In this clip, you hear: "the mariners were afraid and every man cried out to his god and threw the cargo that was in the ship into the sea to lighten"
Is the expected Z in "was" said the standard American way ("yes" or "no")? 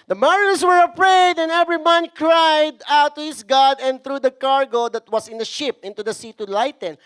no